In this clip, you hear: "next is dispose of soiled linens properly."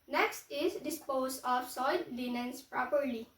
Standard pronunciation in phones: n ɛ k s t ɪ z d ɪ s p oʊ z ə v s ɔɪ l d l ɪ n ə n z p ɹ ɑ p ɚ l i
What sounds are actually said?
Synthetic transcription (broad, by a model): n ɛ k s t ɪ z d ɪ s p oʊ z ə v s ɔɪ d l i n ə n s p ɹ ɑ p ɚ l i